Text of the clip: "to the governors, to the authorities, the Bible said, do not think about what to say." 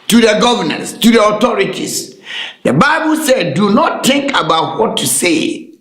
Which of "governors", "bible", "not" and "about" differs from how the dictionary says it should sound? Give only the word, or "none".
governors